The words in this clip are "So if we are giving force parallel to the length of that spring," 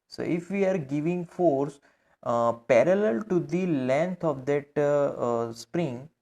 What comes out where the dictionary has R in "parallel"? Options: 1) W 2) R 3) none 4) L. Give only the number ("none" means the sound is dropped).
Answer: 2